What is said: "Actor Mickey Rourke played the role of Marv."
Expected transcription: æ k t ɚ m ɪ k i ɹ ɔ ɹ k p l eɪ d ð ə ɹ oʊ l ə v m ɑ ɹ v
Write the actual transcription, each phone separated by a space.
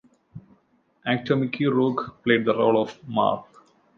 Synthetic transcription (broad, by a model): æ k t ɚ m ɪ k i ɹ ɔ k p l eɪ d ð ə ɹ oʊ l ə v m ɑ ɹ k